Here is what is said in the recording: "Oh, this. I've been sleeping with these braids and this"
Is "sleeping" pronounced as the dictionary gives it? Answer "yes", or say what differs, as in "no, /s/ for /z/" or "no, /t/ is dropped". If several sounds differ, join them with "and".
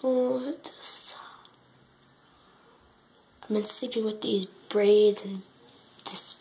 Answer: no, /l/ is dropped